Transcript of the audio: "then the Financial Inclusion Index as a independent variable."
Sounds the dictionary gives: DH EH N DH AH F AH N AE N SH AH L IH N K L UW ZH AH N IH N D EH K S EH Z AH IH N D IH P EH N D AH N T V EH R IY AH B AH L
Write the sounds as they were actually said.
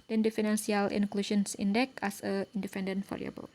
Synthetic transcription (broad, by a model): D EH N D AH F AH N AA N S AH L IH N K L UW SH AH N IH N D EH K EH S AH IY N D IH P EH N D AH N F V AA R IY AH B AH L